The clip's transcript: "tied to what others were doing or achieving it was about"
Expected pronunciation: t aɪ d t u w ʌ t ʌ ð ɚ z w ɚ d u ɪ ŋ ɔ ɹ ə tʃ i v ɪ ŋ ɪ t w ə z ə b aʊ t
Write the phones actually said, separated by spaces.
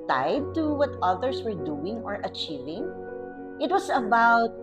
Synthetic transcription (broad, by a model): t aɪ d t u w ʌ t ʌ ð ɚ s w ɚ d u ɪ ŋ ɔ ɹ ə tʃ i v ɪ ŋ ɪ t w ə s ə b aʊ t